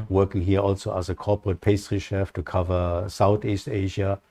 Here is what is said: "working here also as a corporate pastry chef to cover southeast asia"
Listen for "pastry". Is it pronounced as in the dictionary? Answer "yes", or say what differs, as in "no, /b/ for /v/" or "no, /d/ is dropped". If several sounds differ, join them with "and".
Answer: yes